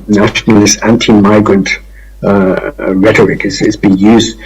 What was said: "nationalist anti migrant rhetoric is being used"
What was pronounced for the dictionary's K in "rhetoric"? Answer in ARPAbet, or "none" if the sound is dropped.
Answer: K